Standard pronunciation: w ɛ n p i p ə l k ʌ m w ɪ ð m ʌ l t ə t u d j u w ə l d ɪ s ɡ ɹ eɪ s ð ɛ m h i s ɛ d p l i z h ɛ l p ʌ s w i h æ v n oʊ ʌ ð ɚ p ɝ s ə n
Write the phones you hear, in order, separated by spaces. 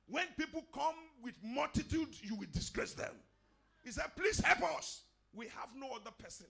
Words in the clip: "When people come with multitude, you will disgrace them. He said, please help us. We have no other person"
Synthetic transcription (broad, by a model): w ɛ n p i p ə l k ʌ m w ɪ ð m ʌ l t ə t u d j u w ə l d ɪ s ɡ ɹ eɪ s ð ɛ m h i s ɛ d p l i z h ɛ l p ʌ s w i h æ v n oʊ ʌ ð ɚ p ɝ s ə n